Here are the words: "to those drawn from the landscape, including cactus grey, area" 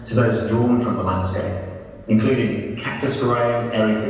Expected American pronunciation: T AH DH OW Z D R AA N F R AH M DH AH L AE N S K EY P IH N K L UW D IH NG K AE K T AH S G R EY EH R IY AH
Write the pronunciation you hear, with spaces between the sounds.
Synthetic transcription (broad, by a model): T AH DH OW Z D R AA N F R AH M DH AH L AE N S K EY IH N K L UW D IH NG K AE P T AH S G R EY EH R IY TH